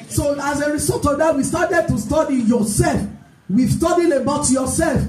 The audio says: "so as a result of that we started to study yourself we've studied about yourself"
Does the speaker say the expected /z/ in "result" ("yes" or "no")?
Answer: no